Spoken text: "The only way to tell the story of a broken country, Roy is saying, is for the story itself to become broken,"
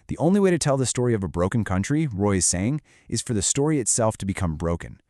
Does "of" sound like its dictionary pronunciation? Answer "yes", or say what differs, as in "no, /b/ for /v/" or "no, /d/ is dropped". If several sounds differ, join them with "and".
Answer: yes